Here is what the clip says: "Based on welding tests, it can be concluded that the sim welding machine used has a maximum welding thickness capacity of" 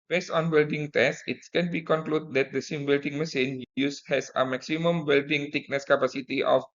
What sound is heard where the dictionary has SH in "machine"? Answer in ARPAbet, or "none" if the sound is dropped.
S